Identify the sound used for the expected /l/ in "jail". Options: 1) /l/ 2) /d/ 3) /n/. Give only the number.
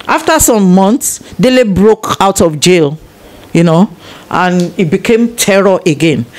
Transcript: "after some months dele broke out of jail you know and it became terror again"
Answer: 1